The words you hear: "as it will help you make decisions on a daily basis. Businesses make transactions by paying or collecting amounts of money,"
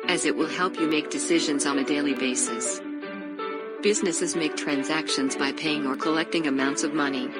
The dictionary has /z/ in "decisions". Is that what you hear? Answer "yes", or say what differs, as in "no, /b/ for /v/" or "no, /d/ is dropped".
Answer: yes